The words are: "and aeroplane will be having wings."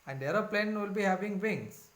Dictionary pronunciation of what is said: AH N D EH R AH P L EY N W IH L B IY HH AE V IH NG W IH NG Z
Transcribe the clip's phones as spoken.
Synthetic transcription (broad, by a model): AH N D EH R AH P L EY N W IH L B IY HH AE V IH NG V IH NG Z